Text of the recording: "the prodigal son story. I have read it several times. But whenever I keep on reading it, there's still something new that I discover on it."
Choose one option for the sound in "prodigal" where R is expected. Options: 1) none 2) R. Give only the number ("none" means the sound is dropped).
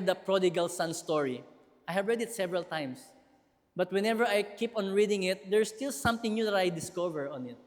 2